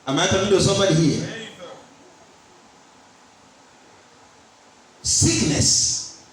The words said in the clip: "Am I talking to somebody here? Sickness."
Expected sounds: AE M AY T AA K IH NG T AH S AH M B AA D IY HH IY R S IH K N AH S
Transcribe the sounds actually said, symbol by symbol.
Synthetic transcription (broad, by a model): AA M AY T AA IH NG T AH S AH M B AA D IY HH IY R S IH K N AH S